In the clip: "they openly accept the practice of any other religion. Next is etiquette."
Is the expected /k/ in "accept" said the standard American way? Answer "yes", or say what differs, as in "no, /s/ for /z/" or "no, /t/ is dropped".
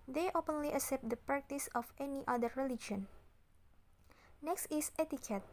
no, /k/ is dropped